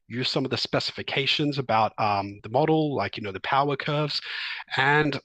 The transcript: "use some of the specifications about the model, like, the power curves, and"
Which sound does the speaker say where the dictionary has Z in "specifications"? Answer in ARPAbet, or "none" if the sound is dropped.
Z